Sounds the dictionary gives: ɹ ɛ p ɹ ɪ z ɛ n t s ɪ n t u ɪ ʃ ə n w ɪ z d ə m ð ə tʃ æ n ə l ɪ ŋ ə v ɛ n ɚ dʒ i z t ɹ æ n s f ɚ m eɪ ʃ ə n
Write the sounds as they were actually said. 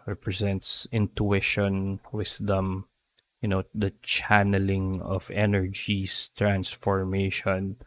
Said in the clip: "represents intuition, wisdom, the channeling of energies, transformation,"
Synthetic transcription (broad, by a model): ɹ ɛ p ɹ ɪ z ɛ n t s ɪ n t u ɪ ʃ ə n w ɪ s d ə m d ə tʃ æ n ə l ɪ ŋ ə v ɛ n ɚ dʒ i s t ɹ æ n s f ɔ m eɪ ʃ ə n